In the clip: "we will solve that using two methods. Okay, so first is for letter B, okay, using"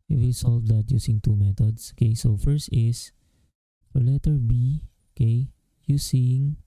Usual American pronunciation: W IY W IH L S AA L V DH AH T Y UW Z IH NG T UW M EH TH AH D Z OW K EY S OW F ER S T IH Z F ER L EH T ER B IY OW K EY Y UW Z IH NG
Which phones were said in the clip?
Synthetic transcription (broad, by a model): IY W IH L S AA L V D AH T Y UW S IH NG T UW M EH T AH D S OW K EY S OW F ER S T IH S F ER L EH T ER B IY OW K EY Y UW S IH NG